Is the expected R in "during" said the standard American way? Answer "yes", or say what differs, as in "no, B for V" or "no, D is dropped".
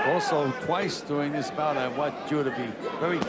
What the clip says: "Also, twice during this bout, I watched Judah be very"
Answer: no, R is dropped